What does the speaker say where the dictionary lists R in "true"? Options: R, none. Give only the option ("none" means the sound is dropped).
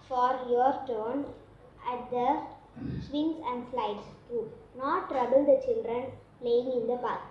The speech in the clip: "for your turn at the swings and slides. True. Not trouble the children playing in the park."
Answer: none